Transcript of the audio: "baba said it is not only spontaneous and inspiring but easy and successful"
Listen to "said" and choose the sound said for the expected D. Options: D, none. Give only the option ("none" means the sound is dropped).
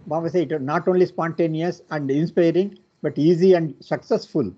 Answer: none